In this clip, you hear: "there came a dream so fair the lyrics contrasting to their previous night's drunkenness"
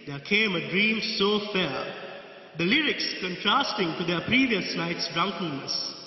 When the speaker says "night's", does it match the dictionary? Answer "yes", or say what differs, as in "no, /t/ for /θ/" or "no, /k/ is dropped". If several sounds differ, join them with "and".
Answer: no, /l/ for /n/